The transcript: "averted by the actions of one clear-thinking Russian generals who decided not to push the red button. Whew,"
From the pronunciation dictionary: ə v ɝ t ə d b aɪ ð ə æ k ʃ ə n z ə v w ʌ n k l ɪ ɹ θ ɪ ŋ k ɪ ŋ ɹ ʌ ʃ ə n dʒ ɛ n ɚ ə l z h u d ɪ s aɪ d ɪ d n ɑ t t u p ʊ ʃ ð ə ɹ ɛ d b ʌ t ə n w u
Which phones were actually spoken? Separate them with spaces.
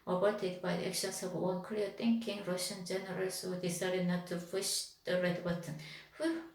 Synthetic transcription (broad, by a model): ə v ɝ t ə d b aɪ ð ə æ k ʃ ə n s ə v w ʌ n k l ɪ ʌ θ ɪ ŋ k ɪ ŋ ɹ ʌ ʃ ə n dʒ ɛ n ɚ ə l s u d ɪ s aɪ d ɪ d n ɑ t t u f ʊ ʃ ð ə ɹ ɛ d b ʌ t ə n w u